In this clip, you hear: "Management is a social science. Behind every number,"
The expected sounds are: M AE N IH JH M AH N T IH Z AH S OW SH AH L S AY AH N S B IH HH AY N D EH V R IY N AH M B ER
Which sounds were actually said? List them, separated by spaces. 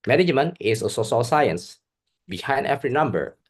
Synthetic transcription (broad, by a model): M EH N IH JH M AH N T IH S AH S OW S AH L S AY AH N S B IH HH AY N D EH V R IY N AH M B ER